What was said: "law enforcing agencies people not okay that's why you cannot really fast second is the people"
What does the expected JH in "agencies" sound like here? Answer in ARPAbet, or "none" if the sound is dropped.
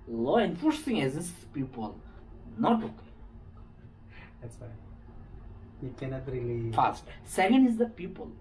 Z